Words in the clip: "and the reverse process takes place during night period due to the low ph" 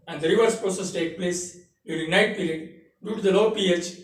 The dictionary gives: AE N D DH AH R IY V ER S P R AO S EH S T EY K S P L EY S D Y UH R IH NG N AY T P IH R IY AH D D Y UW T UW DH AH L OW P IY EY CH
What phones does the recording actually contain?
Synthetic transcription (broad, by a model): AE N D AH R IY V ER S P R AO S EH S T EY K P L EY S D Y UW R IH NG N AY T P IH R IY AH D D Y UW T UW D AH L OW P IY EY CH